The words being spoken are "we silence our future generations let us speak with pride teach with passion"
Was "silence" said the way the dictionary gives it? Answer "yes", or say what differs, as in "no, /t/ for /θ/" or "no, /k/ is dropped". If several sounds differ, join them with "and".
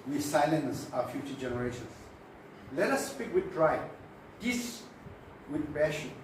yes